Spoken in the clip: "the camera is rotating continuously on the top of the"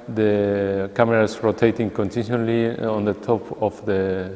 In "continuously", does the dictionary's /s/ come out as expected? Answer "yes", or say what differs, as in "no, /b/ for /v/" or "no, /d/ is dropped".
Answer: no, /s/ is dropped